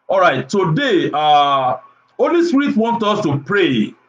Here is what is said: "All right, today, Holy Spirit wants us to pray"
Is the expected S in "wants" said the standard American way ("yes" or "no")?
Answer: no